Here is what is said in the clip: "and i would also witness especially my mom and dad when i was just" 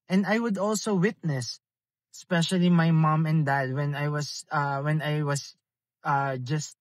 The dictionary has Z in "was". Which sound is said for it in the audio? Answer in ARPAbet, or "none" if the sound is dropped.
S